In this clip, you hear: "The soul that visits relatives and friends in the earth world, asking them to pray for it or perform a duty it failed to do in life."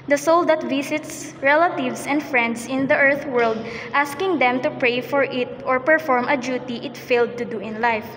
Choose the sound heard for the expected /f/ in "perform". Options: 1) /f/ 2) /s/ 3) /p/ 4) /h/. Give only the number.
1